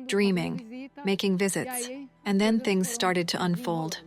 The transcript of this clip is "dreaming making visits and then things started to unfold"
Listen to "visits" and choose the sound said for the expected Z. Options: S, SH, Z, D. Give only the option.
Z